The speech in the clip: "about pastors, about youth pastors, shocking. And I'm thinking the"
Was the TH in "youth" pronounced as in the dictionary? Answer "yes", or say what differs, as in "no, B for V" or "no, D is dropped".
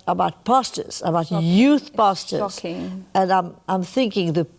yes